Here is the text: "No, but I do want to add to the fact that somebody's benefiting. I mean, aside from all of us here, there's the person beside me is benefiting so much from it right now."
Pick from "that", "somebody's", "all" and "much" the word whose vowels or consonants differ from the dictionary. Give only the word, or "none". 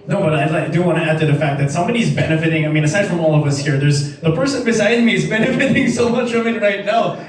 none